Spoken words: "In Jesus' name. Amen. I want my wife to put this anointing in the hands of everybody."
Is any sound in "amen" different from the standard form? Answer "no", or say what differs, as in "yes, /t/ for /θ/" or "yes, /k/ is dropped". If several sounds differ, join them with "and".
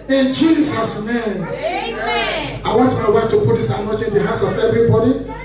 yes, /m/ is dropped